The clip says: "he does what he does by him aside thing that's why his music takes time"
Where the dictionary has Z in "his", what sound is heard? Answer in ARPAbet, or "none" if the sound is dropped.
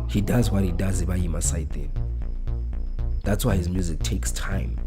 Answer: Z